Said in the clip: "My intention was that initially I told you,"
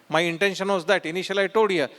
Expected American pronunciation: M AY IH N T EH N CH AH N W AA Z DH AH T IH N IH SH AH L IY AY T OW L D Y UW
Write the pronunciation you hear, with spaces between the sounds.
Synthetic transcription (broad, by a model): M AY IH N T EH N SH AH N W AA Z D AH T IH N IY SH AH L AY T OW D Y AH